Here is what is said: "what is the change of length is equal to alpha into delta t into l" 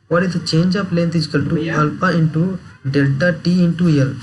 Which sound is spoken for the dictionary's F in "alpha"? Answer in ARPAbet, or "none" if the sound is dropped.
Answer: P